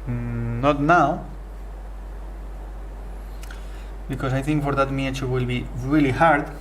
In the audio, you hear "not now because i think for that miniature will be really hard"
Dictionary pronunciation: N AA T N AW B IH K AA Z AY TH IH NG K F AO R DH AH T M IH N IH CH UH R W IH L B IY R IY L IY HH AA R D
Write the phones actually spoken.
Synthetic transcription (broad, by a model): N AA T N AW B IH K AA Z AY TH IH NG K F AO R DH AH T M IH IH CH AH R W IH L B IY R IY L IY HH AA R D